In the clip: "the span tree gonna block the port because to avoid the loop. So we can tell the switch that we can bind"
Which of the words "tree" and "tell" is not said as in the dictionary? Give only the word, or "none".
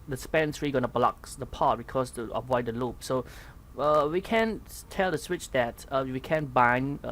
tree